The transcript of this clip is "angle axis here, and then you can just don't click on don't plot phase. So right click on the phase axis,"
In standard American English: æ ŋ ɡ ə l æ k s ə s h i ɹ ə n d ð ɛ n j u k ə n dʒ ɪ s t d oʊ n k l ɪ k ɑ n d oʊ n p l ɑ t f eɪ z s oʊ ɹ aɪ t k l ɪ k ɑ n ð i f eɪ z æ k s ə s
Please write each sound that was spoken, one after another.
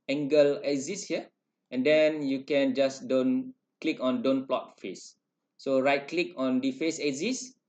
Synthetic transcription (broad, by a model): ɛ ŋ ɡ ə l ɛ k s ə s h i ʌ ə n d ɛ n j u k ə n dʒ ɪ s d oʊ n k l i k ɑ n d oʊ n p l ɑ t f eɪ s oʊ ɹ aɪ t k l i k ɑ n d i f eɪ s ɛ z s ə s